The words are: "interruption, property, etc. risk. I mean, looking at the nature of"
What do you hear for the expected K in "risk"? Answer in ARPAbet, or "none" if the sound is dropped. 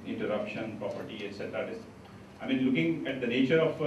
none